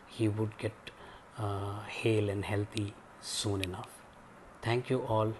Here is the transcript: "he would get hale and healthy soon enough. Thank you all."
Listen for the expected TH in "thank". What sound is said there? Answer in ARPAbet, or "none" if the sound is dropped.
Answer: T